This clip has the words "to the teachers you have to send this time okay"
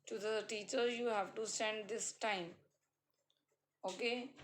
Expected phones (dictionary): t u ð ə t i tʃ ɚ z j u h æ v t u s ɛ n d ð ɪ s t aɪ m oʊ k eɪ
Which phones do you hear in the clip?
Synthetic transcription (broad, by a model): t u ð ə t i tʃ ɚ j u h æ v t u s ɛ n d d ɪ s t aɪ m oʊ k eɪ